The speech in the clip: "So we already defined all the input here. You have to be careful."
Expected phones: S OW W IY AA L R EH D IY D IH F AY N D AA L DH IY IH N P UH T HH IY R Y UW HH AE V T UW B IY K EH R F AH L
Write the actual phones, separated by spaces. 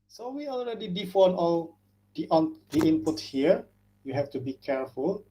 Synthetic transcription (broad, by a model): S OW W IY AA L R EH D IY D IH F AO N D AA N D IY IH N P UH T HH IY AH Y UW HH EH F T UW B IY K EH R F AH L